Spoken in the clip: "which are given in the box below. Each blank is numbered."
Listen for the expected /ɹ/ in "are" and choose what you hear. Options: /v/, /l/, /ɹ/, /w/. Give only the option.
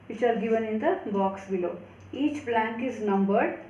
/l/